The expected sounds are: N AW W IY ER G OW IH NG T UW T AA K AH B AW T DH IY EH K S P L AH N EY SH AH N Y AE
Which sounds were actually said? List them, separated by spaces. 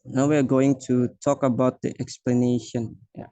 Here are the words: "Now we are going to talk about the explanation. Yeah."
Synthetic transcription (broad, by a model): N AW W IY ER G OW IH NG T UW T AA K AH B AW T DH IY EH K S P L AH N EY SH AH N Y